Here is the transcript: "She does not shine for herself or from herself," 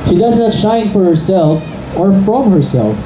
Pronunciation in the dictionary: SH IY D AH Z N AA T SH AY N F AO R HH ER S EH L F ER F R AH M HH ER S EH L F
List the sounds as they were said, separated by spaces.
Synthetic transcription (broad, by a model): SH IY D AH Z N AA T SH AY N F AO R HH ER S EH L F ER F R AH M HH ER S EH L F